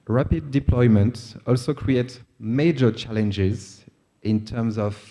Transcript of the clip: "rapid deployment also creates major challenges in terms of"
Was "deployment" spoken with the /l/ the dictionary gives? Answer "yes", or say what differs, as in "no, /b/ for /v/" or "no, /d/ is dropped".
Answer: yes